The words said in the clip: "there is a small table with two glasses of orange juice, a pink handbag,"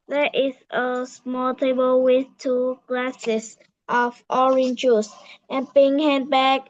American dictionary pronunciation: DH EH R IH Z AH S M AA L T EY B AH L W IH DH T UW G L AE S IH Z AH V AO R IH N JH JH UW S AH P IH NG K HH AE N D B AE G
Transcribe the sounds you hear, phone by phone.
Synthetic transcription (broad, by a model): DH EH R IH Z AH S M AA L T EY B AH L W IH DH T UW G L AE S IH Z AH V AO R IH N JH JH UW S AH B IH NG HH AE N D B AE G